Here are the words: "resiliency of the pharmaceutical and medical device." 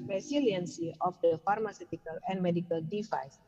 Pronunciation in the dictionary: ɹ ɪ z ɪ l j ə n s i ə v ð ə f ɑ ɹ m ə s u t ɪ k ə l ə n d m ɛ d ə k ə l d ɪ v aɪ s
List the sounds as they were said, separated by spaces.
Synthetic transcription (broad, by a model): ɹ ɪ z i l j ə n s i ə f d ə f ɑ ɹ m ə s u t ɪ k ə l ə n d m ɛ d ə k ə l d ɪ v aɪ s